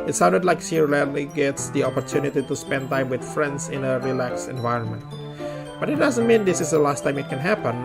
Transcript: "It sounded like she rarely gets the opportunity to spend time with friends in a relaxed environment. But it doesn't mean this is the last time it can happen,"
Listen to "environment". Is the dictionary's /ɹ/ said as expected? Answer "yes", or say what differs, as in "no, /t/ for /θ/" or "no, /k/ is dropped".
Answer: yes